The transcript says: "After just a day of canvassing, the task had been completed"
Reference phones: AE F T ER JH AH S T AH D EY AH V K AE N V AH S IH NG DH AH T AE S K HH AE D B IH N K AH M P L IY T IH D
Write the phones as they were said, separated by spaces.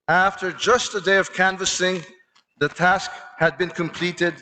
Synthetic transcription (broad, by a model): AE F T ER JH AH S T AH D EY AH V K AE N V AH S IH NG DH AH T AE S K HH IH D B IH N K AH M P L IY T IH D